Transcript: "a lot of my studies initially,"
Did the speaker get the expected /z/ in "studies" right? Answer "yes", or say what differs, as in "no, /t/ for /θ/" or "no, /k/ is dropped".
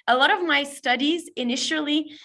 yes